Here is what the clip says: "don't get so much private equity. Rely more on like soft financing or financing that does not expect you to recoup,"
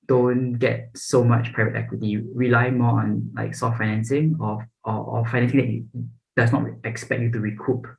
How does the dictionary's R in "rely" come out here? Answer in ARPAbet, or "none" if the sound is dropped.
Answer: R